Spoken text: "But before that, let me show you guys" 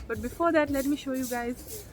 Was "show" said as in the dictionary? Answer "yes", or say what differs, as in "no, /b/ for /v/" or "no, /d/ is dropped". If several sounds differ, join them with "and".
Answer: yes